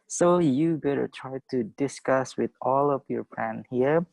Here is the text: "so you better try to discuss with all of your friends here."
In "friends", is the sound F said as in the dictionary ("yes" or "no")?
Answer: no